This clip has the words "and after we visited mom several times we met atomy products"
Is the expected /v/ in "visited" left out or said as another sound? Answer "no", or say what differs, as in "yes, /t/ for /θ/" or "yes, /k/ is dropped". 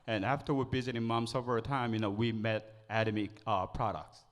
yes, /b/ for /v/